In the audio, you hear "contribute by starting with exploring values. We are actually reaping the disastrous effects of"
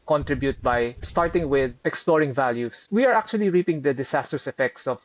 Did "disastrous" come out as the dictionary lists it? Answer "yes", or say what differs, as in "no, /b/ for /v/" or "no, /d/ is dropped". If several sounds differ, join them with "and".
no, /s/ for /z/